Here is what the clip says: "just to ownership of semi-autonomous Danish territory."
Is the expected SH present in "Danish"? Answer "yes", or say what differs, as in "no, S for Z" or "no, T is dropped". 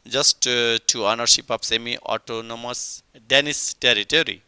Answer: no, S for SH